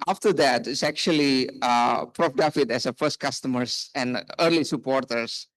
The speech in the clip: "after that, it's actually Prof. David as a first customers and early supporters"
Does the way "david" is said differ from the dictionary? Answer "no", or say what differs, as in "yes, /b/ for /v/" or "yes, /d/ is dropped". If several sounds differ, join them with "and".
yes, /f/ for /v/